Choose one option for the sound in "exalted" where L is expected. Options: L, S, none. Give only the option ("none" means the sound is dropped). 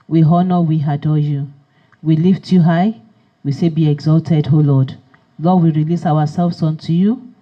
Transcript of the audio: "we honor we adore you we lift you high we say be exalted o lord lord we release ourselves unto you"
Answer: L